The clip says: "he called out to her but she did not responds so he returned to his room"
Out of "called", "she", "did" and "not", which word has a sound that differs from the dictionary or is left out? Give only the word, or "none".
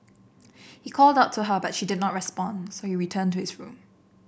none